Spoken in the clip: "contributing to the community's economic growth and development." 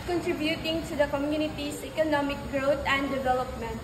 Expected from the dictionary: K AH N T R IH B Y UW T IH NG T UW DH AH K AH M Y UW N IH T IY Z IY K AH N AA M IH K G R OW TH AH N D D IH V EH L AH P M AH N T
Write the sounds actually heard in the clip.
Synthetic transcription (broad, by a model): K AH N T R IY B Y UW T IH NG T UW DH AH K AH M Y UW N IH T IY S IY K AH N AA M IH K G R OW T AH N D D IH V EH L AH P M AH N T